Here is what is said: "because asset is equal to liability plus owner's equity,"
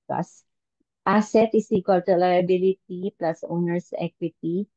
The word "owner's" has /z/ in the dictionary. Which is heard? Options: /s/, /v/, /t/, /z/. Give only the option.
/s/